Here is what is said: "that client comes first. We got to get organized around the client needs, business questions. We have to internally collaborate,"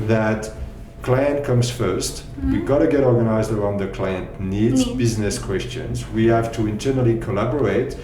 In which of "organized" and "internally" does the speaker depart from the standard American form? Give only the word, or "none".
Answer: none